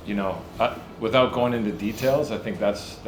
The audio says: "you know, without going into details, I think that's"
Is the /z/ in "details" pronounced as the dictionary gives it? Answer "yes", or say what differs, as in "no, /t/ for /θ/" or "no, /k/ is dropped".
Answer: yes